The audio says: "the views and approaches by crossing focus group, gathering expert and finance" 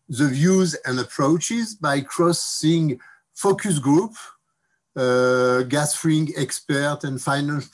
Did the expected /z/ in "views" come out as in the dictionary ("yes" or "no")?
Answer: yes